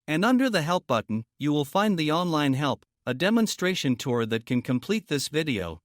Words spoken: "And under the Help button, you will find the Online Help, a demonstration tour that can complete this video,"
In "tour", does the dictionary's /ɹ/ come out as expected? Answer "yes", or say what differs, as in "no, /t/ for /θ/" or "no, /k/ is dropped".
yes